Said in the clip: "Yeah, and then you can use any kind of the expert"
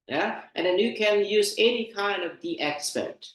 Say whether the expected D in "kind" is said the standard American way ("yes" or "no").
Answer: yes